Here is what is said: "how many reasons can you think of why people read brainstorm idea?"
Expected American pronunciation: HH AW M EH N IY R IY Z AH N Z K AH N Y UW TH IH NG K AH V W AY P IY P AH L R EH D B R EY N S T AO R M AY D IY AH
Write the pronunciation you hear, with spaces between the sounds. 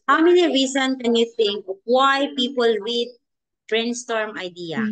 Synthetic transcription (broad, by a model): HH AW M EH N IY R IY S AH N K AH N Y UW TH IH NG K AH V W AY P IY P AH L W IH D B R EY N S T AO R M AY D IY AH